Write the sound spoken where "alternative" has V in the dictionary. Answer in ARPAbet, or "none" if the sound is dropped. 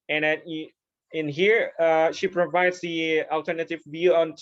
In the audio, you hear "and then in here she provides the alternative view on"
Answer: V